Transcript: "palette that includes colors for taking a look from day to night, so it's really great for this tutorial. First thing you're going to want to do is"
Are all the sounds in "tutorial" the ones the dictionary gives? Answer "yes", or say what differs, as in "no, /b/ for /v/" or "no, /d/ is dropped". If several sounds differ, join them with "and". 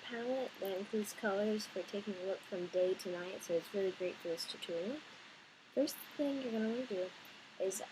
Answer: no, /n/ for /l/